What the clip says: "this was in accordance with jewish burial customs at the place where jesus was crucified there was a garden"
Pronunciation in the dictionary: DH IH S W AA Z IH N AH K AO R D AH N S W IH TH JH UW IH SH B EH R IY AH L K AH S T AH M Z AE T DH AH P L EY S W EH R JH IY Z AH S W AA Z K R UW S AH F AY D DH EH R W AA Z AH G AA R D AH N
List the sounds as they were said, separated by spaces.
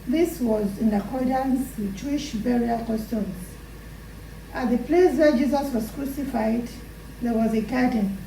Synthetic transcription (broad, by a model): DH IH S W AA Z IH N AH K AO R D AH N S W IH JH UW IH SH B EH R IY AH L K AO S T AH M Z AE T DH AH P L EY S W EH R JH IY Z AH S W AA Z K R UW S AH F AY D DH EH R W AA Z AH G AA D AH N